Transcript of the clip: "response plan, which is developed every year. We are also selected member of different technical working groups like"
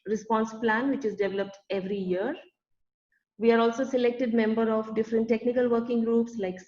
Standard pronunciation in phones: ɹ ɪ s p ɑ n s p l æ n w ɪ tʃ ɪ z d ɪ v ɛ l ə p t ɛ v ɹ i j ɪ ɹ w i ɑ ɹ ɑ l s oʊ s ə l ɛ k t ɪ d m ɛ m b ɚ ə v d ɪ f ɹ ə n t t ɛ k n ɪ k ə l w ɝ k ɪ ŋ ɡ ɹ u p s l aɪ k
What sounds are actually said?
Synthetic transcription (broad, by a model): ɹ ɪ s p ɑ n s p l æ n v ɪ tʃ ɪ z d ɪ v ɛ l ə p t ɛ v ɹ i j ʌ ɹ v i ɑ ɹ ɑ l s oʊ s ə l ɛ k t ɪ d m ɛ m b ɚ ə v d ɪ f ɹ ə n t t ɛ k n ɪ k ə l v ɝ k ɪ ŋ ɡ ɹ u p s l aɪ k